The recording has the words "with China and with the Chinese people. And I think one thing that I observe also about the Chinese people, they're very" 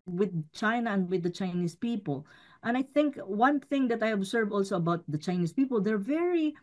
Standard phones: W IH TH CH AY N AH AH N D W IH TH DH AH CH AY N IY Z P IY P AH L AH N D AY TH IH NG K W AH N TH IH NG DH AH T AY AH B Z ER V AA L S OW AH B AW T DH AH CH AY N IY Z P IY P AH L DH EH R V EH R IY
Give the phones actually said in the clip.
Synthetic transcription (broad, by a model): W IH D CH AY N AH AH N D W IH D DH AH CH AY N IY S P IY P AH L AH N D AY TH IH NG K W AH N TH IH NG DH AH T AY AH B S ER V AA L S OW AH B AW T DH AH CH AY N IY S P IY P AH L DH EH R V EH R IY